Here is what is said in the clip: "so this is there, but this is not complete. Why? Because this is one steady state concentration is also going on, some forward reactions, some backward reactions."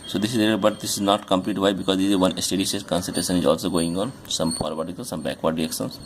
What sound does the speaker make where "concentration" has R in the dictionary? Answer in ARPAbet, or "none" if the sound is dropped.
none